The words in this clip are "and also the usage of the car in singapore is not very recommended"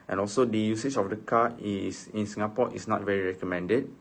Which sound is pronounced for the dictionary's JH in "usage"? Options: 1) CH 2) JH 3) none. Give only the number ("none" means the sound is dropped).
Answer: 1